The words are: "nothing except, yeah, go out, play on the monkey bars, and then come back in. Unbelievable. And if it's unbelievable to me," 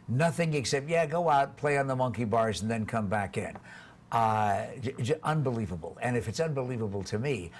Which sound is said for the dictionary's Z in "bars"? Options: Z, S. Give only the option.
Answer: Z